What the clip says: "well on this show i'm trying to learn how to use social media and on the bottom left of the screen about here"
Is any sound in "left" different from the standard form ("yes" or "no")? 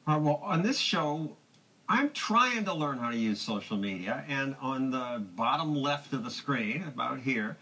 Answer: no